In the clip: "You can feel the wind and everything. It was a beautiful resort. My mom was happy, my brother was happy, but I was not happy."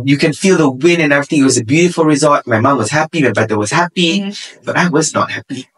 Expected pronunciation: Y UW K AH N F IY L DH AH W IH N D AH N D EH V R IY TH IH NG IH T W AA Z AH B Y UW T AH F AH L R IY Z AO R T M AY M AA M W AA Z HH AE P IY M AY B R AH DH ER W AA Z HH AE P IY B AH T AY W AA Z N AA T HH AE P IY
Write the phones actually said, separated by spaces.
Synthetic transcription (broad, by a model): Y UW K AH N F IY L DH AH W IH N AH N EH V R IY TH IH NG IH T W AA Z AH B Y UW T AH F AH L R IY Z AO L T M AY M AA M W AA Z HH AE P IY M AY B EH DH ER W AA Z HH AE P IY B AH T AY W AA Z N AA T HH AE P IY